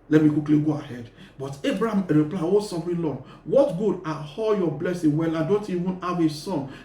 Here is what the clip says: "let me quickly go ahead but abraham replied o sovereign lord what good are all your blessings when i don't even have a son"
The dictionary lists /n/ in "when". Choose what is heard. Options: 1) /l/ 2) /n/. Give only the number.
1